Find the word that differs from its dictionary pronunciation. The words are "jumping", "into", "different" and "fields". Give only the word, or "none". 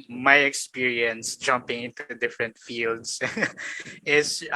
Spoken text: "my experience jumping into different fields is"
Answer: fields